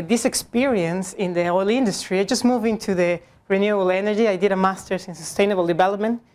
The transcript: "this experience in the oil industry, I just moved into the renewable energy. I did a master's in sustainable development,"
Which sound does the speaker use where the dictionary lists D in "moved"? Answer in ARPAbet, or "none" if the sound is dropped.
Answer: none